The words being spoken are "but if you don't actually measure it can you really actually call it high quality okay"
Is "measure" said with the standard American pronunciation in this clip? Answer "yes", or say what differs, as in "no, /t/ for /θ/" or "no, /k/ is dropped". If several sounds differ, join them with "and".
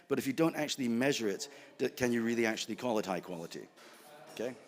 yes